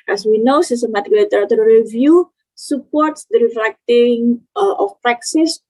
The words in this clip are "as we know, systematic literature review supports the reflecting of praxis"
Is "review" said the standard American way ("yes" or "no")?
yes